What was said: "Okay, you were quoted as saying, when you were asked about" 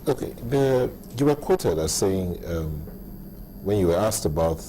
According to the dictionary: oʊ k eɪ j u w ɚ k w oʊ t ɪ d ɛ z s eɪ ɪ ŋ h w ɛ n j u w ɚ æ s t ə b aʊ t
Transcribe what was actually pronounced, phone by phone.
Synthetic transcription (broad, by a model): oʊ k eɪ j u w ɚ k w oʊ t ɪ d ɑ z s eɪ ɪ ŋ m w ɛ n j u w ɚ æ s t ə b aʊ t